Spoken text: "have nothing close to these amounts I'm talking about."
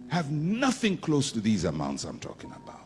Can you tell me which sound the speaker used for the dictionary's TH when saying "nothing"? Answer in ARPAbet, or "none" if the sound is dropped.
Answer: TH